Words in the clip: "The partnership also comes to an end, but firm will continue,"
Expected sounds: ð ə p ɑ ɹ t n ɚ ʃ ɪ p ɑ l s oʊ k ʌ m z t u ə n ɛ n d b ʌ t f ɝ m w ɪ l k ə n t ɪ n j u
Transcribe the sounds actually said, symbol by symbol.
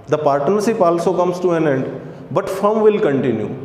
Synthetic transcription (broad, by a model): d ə p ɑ ɹ t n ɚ s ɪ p ɑ l s oʊ k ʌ m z t u ə n ɛ n d b ʌ t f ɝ m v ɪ l k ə n t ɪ n j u